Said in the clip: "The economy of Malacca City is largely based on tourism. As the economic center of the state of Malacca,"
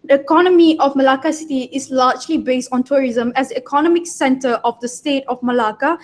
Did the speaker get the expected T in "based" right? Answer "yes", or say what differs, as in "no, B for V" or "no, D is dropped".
yes